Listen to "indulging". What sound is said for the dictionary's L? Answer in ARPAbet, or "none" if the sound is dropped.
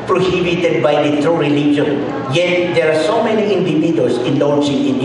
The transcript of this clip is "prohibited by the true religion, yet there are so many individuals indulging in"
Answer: none